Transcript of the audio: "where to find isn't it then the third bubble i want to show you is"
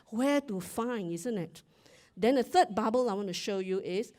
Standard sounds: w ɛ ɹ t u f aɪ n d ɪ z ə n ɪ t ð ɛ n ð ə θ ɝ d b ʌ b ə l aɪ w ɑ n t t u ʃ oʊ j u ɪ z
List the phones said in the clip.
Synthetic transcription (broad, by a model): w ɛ t u f aɪ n ɪ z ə n ɪ t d ɛ n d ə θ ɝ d b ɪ b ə l aɪ w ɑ n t t u ʃ oʊ j u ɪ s